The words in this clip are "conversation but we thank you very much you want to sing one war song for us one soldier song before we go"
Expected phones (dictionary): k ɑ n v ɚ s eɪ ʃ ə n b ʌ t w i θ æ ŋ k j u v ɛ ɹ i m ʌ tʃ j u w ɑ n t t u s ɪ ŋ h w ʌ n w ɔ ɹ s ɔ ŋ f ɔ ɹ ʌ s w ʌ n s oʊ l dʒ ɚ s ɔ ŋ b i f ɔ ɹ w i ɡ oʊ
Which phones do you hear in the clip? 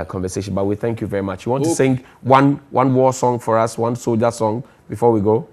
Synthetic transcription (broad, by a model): k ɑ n v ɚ s eɪ ʃ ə n b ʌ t w i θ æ ŋ k j u v ɛ ɹ i m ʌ tʃ j u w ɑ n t t u s ɪ ŋ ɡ w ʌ n w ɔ w s ɔ ŋ f ɔ ɹ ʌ s w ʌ n s oʊ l dʒ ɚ s ɔ ŋ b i f ɔ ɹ w i ɡ oʊ